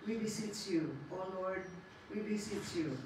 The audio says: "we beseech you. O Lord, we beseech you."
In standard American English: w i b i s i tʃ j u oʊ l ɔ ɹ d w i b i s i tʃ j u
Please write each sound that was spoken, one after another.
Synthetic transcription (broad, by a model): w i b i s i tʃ j u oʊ w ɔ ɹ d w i b i s i tʃ j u